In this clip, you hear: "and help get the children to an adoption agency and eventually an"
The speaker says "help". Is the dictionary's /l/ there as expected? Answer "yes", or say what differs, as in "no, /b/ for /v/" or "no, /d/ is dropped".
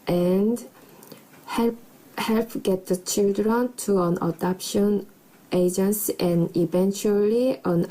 yes